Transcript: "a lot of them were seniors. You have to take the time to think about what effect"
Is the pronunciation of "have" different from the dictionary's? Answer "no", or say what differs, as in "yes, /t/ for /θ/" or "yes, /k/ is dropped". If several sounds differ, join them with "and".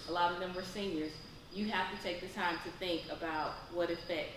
yes, /f/ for /v/